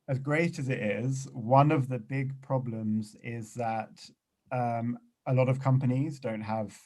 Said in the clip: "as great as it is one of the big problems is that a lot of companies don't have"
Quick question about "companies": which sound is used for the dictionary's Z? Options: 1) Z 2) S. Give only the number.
1